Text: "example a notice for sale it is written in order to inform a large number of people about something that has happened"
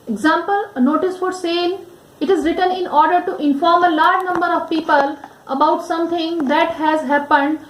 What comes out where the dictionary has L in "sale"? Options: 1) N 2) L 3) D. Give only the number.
1